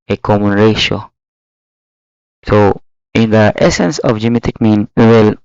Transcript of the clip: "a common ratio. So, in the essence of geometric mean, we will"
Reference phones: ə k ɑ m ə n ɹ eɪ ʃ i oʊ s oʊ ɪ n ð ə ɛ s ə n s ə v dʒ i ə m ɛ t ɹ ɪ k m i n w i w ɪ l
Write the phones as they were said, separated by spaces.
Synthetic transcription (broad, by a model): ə k ɑ m ə n ɹ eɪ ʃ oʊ s oʊ ɪ n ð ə ɛ s ə n s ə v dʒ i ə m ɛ t ɪ k m i n w i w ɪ l